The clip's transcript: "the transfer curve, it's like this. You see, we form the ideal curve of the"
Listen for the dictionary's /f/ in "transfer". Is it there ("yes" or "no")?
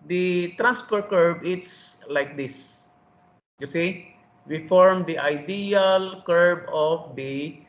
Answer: no